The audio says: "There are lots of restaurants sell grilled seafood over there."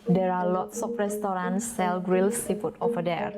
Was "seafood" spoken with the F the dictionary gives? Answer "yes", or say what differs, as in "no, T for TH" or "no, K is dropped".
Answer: no, P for F